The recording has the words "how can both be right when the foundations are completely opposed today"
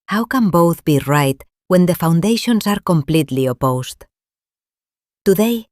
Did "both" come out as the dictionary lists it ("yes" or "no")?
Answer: yes